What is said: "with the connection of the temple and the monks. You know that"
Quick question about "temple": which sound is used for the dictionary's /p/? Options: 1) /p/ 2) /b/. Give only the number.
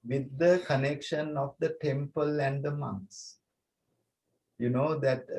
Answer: 1